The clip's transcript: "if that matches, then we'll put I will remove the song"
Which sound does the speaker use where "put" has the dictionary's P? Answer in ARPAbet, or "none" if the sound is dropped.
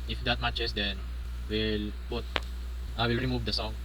B